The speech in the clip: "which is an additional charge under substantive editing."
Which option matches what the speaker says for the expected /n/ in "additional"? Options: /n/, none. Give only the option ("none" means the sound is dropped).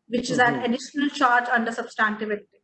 /n/